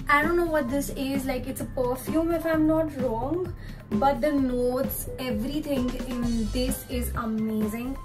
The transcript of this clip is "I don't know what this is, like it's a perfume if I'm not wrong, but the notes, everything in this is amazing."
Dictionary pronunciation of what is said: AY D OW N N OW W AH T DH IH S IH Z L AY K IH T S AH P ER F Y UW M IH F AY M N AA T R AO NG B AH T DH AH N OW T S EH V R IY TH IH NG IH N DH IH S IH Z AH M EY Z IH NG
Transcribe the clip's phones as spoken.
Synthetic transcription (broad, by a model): AY D OW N N OW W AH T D IH S IH Z L AY K IH T S AH P ER F Y UW M IH F AY M N AA T R AO NG B AH T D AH N OW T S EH V R IY T IH NG IH N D IH S IH Z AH M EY Z IH NG